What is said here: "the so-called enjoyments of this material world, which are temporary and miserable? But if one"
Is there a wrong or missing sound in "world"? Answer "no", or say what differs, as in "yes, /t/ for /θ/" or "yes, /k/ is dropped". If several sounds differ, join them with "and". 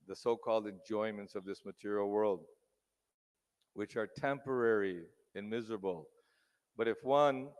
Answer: no